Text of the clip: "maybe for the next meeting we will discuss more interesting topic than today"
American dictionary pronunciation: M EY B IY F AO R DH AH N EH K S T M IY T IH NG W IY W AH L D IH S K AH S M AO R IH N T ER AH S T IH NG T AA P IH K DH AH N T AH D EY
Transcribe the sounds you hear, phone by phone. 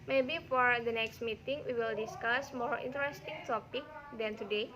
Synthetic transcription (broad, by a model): M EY B IY F AO R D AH N EH K S T M IY T IH NG W IY W AH L D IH S K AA S M AO R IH N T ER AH S T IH NG T AA P IH K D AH N T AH D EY